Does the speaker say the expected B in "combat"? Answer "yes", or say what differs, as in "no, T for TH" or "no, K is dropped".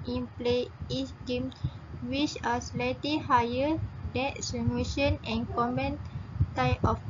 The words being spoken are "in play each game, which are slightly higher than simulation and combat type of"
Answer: no, B is dropped